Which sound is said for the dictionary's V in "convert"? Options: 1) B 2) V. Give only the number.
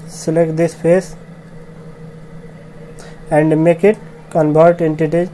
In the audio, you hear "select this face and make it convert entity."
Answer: 1